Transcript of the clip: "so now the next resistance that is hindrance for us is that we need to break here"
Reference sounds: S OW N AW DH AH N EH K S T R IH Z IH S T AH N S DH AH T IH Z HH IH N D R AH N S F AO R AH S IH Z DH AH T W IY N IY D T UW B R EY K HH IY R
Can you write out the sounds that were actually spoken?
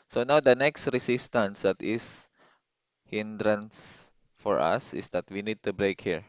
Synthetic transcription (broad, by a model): S OW N AW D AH N EH K S T R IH S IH S T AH N S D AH T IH S HH IH N D R AH N S F AO R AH S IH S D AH T W IY N IY D T UW B R EY K HH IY R